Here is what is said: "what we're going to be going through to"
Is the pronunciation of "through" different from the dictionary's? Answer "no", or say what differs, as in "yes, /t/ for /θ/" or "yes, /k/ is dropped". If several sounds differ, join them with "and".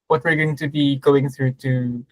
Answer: no